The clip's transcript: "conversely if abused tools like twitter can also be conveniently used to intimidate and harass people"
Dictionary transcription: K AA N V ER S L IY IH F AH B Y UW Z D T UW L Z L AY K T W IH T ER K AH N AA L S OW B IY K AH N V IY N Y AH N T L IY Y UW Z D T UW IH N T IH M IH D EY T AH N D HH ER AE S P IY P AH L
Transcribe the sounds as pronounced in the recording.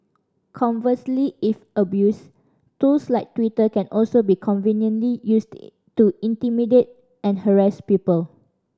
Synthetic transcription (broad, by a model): K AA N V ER S L IY IH F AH B Y UW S T UW L S L AY K T W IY T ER K AH N AA L S OW B IY K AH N V IY N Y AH N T L IY Y UW S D T UW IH N T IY M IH D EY T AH N HH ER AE S P IY P AH L